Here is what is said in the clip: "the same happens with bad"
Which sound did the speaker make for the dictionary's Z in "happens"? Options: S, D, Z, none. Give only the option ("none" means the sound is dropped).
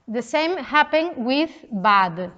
none